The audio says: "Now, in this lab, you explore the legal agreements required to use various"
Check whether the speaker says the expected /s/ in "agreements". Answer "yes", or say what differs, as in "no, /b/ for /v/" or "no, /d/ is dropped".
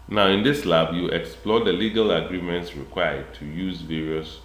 yes